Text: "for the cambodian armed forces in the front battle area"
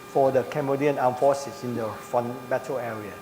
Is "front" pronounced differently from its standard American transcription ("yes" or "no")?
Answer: yes